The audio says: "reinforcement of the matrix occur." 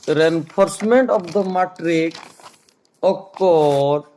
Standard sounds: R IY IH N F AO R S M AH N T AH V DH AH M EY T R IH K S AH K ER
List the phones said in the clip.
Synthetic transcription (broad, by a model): R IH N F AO R S M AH N T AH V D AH M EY T R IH K AH K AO